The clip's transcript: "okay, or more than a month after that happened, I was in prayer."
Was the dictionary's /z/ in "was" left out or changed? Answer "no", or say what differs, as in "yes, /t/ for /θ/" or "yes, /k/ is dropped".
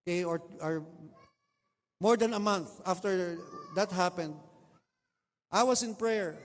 yes, /s/ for /z/